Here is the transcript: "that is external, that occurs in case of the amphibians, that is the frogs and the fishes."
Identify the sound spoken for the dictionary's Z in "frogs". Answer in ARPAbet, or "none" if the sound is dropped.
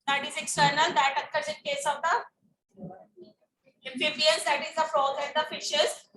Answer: none